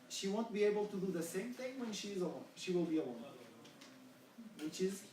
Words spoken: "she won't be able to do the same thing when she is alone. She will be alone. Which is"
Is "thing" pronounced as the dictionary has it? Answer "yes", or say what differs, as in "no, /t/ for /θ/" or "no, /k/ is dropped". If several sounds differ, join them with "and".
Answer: yes